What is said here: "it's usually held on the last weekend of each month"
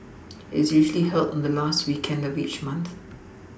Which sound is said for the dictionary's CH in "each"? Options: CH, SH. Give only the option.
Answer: CH